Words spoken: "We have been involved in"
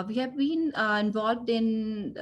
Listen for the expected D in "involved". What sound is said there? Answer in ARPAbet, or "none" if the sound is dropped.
D